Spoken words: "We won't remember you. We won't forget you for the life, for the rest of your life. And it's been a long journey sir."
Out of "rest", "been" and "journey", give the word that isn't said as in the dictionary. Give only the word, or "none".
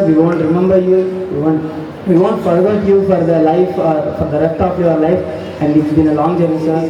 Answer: journey